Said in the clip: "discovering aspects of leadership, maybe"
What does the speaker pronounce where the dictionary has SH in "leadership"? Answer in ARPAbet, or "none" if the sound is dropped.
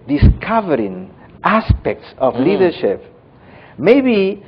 SH